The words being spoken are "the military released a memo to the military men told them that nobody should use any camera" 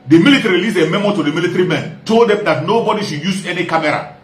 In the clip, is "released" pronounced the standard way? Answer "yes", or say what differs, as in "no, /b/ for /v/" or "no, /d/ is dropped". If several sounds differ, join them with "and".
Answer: no, /t/ is dropped